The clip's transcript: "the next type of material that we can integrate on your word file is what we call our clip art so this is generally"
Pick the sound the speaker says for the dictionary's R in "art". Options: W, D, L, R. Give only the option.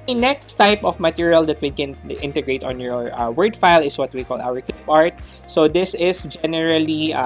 R